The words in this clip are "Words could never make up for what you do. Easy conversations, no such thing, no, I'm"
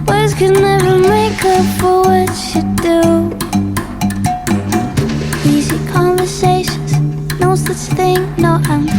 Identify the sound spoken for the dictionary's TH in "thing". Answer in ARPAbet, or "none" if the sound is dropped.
TH